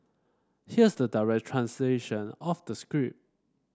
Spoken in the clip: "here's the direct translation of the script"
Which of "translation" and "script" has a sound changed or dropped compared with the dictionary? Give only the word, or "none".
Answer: script